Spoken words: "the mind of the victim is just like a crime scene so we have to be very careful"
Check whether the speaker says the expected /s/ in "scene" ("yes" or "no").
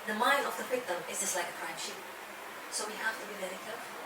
no